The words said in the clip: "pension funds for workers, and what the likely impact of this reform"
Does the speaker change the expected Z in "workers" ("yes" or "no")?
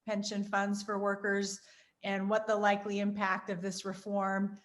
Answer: no